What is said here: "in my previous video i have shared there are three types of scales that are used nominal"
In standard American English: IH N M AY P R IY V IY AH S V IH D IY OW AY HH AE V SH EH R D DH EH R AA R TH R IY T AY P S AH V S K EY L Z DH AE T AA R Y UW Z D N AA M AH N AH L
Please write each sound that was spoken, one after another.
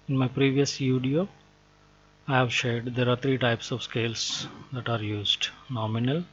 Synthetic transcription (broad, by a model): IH N M AY P R IY V IY AH S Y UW D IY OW AY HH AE V SH EH R D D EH R AA R T R IY T AY P S AH V S K EY L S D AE T AA R Y UW Z D N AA M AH N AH L